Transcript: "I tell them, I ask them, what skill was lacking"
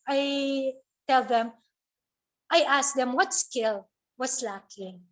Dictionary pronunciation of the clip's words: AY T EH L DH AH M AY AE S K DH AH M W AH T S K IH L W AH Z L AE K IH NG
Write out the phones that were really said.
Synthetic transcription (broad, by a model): AY T EH L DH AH M AY AE S K DH AH M W AH T S K IH L W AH S L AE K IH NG